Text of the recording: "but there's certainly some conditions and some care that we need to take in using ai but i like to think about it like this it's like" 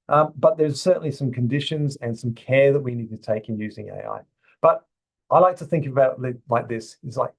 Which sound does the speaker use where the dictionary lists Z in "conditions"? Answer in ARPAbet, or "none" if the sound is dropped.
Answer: Z